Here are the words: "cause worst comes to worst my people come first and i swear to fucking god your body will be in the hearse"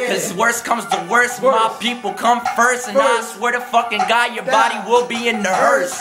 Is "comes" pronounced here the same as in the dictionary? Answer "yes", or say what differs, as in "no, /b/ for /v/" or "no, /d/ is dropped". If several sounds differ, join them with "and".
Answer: yes